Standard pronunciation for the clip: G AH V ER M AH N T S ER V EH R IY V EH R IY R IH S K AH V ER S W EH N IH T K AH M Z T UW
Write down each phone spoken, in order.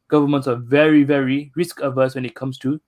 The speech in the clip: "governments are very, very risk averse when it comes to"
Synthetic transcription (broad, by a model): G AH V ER M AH N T S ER V EH R IY V EH R IY R IH S K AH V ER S W EH N IH T K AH M S T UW